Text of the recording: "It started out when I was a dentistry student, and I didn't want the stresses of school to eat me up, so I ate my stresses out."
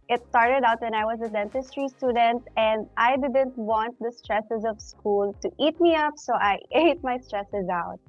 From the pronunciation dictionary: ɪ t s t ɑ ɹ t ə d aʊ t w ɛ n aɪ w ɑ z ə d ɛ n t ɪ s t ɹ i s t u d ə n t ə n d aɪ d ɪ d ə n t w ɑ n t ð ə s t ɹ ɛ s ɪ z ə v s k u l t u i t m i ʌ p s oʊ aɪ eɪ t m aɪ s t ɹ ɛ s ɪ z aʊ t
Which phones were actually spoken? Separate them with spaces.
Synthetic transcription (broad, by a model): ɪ t s t ɑ ɹ t ə d aʊ t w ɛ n aɪ w ɑ z ə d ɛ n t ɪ s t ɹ i s t u d ə n t ə n d aɪ d ɪ d ə n t w ɑ n t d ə s t ɹ ɛ s ɪ z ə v s k u l t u i t m i ʌ p s oʊ aɪ eɪ t m aɪ s t ɹ ɛ s ɪ z aʊ t